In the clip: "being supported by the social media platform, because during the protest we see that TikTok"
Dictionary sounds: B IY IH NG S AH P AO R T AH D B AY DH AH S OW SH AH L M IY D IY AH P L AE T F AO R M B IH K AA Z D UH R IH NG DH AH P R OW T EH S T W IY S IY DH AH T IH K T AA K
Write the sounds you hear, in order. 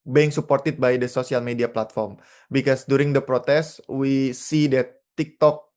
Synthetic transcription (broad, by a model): B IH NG S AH P AO R T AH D B AY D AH S OW S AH L M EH D IY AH P L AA T F AO R M B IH K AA S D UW R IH NG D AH P R OW T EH S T W IY S IY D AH T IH K T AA K